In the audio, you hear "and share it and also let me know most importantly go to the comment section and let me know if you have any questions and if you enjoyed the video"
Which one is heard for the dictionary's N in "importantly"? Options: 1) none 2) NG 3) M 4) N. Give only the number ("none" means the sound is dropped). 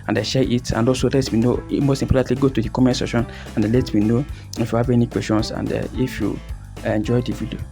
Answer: 1